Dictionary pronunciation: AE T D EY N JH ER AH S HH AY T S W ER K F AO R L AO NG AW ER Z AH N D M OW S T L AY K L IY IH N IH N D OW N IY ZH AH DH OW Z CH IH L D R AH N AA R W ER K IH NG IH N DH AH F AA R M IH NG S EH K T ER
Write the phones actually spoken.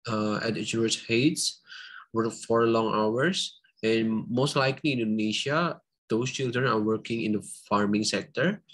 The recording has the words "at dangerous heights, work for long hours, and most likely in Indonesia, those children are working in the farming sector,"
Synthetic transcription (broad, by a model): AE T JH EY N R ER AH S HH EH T S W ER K F AO R L AO NG AW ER S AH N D M OW S T L AY K L IY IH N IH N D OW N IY SH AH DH OW S CH IH L D R AH N AA R W ER K IH NG IH N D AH F AA R M IH NG S EH K T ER